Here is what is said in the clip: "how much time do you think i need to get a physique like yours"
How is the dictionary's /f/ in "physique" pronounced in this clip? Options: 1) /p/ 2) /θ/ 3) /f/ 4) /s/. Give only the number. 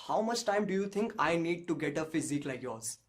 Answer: 3